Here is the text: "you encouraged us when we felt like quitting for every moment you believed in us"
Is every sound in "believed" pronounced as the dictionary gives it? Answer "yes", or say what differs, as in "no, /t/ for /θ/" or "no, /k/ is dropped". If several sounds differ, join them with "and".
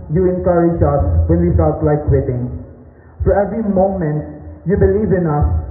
no, /d/ is dropped